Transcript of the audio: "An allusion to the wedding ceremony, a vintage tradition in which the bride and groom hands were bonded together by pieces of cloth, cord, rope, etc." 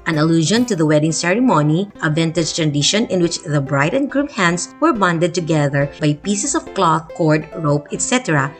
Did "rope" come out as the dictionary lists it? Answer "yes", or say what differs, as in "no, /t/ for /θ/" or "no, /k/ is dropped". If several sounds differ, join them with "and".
yes